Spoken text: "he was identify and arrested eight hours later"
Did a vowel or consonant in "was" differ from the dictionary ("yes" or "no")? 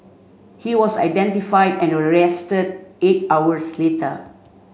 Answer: yes